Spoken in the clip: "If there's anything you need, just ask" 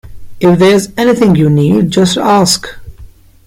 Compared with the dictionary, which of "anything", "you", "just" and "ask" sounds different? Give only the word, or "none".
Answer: none